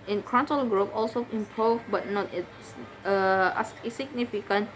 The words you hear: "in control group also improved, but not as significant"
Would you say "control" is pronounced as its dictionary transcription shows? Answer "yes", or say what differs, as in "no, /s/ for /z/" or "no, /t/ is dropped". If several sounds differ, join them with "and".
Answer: no, /ɹ/ is dropped